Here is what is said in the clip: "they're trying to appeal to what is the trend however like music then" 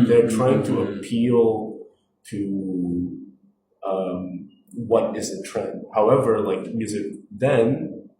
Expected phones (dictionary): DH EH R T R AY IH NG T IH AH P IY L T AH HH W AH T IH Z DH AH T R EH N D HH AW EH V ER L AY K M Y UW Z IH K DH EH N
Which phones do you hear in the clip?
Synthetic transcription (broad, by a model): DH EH R T R AY IH NG T IH AH P IY L T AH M W AH T IH Z DH AH T R EH N D HH AW EH V ER L AY K M Y UW Z IH K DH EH N